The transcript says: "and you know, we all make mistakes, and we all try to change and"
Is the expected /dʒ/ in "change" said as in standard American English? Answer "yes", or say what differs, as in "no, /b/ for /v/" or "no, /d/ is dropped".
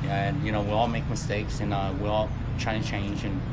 yes